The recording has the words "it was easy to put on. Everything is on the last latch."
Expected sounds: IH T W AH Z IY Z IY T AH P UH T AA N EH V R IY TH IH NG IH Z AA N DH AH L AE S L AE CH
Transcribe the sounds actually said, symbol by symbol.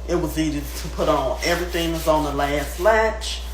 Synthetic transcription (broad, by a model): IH T W AH Z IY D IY T AH P UH T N EH V R IY TH IH NG IH Z N DH AH L AE S L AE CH